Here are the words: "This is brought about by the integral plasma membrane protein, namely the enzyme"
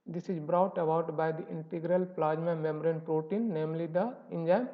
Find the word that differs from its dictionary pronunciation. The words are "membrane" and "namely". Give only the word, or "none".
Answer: membrane